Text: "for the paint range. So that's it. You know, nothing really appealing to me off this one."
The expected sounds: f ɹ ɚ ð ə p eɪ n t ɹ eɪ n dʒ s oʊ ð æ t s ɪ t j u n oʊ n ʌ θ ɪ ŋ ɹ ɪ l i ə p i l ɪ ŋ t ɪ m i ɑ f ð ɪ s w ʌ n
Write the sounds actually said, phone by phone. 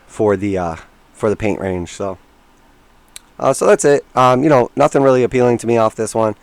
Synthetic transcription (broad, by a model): f ɹ ɚ ð ə p eɪ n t ɹ eɪ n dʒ s oʊ ð æ t s ɪ t j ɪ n oʊ n ʌ θ ɪ ŋ ɹ ɪ l i ə p i l ɪ ŋ t ɪ m i ɑ f ð ɪ s w ʌ n